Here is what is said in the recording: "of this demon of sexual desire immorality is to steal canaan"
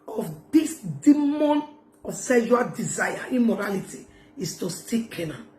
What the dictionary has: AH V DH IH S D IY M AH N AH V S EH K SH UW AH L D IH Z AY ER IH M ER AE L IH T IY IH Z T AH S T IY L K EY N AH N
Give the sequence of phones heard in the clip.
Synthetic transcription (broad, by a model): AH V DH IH S D IY M AH N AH S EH SH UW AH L D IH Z AY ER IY M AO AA L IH T IY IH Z T AH S T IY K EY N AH